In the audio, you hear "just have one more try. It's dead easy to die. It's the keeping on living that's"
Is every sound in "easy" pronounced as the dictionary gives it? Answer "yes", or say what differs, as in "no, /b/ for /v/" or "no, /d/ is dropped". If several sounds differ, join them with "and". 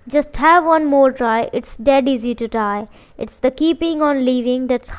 yes